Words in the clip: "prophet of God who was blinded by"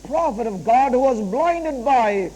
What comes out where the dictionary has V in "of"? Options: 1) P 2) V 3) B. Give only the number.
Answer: 2